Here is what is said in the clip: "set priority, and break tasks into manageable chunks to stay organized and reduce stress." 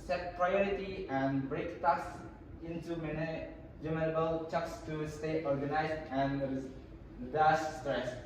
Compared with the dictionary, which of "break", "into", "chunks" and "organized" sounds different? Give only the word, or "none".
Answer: chunks